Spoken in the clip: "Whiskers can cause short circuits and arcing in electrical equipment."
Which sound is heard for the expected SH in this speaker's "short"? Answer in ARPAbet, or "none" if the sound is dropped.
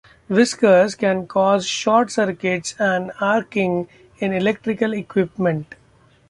SH